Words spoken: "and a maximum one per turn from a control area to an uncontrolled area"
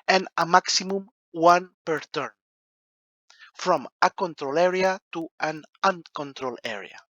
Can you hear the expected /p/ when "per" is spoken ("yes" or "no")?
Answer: yes